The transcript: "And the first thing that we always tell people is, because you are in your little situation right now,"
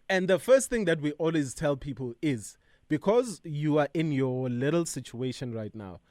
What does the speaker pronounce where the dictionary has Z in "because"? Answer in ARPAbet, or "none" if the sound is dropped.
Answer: Z